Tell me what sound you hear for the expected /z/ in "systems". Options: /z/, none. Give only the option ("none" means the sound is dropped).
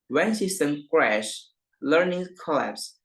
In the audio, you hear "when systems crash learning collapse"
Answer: none